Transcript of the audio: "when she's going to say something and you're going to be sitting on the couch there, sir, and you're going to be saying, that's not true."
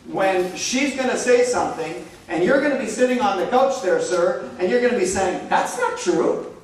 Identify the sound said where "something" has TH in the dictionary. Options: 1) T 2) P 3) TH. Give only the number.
3